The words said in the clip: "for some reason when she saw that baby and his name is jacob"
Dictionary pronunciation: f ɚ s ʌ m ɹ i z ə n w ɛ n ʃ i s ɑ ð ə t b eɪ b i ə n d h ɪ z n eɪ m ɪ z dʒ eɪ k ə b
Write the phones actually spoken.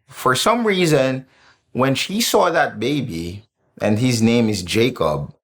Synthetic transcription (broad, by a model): f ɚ s ʌ m ɹ i z ə n w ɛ n ʃ i s ɑ ð ə t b eɪ b i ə n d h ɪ z n eɪ m ɪ z dʒ eɪ k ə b